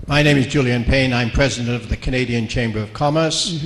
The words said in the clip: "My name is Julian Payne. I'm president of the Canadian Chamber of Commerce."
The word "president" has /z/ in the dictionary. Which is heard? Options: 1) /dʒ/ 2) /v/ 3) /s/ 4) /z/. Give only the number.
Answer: 4